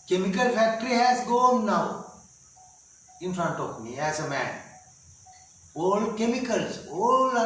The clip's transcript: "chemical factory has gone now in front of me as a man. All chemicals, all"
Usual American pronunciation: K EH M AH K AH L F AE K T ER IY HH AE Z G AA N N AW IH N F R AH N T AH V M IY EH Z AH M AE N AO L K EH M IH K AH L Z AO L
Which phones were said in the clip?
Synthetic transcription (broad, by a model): K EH M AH K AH L F AE K T ER IY HH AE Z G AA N N AW IH N F R AH N T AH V M IY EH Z AH M AE N AO L K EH M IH K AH L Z AO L